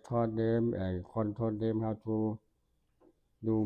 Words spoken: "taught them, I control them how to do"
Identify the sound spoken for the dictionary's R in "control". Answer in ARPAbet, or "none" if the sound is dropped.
none